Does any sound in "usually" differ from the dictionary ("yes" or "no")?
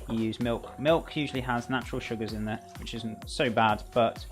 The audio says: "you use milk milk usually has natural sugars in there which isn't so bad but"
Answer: no